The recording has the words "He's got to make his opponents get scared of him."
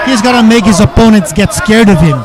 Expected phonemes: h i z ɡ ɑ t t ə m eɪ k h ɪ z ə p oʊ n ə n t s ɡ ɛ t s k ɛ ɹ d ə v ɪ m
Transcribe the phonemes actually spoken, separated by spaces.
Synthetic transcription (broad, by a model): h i z ɡ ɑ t t ə m eɪ k h ɪ z ə p oʊ n ə n t s ɡ ɛ t s k ɛ ɹ d ə v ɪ m